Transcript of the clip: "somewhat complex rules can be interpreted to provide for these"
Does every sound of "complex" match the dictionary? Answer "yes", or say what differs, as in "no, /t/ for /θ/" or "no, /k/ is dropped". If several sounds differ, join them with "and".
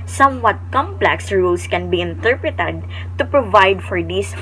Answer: yes